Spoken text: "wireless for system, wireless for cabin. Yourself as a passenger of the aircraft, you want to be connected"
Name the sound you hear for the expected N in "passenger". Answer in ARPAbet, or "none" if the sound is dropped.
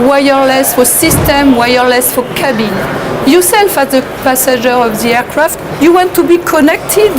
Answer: none